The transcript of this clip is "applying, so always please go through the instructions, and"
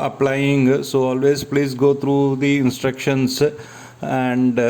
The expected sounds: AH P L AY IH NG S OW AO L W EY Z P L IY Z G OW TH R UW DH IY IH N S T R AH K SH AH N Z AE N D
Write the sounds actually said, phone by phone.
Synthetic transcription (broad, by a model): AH P L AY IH NG S OW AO L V EY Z P L IY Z G OW T R UW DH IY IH N S T R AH K SH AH N S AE N D